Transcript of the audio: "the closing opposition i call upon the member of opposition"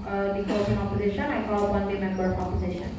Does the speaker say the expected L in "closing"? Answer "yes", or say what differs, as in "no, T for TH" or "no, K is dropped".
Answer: no, L is dropped